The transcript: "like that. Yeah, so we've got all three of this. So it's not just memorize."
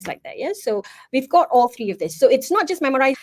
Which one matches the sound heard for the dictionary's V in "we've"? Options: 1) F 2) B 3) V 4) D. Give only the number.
3